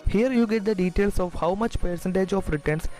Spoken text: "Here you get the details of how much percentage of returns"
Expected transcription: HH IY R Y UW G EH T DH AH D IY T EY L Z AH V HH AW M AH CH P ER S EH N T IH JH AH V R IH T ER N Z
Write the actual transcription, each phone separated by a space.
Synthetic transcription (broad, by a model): HH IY R Y UW G EH T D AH D IY T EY L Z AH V HH AW M AH CH P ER S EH N T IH JH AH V R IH T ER N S